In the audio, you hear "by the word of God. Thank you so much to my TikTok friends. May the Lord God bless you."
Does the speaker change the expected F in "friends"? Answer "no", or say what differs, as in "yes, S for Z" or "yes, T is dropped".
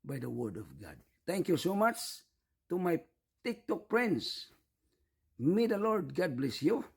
yes, P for F